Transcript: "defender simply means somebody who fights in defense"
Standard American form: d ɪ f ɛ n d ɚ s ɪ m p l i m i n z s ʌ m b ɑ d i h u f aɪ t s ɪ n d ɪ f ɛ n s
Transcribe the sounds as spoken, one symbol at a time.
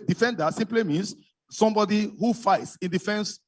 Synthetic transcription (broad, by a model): d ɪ f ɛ n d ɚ s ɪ m p l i m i n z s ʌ m b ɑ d i h u f aɪ t s ɪ n d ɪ f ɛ n s